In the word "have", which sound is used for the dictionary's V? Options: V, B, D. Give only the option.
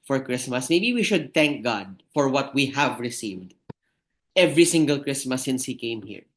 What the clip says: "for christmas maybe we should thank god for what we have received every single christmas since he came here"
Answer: V